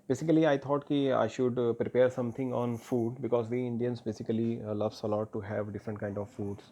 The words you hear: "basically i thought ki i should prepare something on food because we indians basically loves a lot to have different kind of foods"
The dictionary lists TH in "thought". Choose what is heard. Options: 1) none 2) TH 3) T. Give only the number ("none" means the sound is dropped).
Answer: 3